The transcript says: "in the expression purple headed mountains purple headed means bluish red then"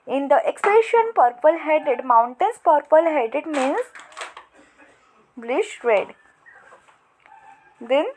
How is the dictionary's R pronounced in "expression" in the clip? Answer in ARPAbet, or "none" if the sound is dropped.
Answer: none